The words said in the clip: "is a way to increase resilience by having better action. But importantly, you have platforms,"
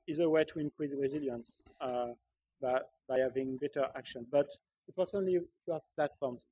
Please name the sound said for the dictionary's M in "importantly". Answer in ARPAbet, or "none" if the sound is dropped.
none